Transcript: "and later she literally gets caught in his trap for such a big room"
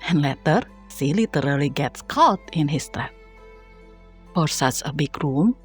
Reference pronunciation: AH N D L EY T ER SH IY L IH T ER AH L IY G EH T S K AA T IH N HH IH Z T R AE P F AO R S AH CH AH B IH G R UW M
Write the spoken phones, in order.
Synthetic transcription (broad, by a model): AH N L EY T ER S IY L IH T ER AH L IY G EH T S K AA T IH N HH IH S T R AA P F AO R S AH S AH B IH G R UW M